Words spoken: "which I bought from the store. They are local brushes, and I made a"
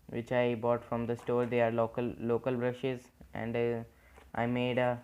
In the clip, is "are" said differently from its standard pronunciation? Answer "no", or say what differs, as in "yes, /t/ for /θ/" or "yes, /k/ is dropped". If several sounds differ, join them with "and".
yes, /l/ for /ɹ/